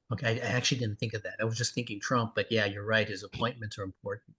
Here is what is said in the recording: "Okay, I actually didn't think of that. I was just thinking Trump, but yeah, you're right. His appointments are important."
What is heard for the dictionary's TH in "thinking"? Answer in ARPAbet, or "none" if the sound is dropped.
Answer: TH